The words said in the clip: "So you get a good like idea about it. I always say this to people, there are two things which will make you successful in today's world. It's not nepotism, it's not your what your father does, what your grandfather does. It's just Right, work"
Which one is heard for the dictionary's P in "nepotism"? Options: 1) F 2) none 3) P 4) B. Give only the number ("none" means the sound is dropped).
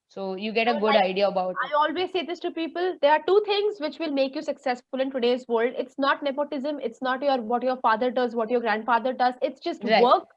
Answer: 3